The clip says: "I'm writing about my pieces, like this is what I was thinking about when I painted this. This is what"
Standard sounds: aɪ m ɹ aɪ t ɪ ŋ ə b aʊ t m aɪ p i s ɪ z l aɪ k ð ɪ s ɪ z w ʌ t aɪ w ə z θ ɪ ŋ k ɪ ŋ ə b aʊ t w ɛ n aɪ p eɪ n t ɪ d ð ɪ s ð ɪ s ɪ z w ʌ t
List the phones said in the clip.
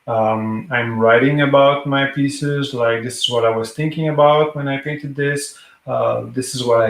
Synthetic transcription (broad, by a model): aɪ m ɹ aɪ t ɪ ŋ ə b aʊ t m aɪ p i s ɪ z l aɪ k ð ɪ s ɪ z w ʌ t aɪ w ə z θ ɪ ŋ k ɪ ŋ ə b aʊ t w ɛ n aɪ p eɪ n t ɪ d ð ɪ s ð ɪ s ɪ z w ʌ t